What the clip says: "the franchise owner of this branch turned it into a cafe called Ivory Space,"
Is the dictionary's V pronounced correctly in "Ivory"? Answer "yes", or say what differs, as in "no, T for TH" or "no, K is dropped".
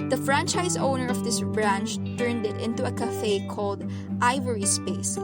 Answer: yes